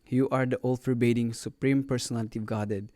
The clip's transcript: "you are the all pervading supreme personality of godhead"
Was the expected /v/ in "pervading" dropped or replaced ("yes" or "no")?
yes